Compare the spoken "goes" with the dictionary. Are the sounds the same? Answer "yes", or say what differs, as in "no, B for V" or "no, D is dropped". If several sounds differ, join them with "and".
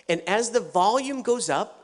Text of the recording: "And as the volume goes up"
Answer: yes